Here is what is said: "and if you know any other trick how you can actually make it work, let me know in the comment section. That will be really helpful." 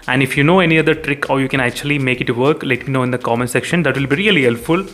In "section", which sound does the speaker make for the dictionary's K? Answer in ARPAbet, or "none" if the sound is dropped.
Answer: K